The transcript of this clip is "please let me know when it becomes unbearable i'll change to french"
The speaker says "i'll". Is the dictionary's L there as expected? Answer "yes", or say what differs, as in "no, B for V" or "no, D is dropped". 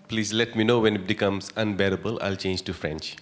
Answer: yes